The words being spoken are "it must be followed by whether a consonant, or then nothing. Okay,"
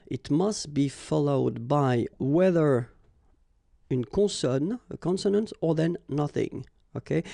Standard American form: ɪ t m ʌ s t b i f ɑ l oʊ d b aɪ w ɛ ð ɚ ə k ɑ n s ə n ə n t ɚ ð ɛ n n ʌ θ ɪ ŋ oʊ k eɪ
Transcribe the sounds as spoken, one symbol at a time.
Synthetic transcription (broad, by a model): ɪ t m ʌ s t b i f ɑ l oʊ d b aɪ w ɛ ð ɚ ə k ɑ n s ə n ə n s ɚ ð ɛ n n ʌ θ ɪ ŋ oʊ k eɪ